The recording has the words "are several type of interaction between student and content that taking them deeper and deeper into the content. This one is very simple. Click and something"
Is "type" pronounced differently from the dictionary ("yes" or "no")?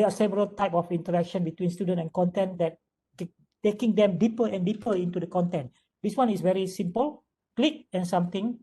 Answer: no